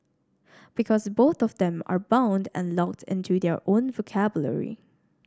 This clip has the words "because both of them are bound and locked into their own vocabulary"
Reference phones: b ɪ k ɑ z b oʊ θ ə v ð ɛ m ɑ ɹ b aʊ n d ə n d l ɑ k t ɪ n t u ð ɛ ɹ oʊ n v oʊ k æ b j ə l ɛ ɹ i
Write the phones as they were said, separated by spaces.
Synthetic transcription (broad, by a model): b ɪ k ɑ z b oʊ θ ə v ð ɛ m ɑ ɹ b aʊ n d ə n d l ɑ k t ɪ n t u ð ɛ ɹ oʊ n v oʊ k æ b j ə l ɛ ɹ i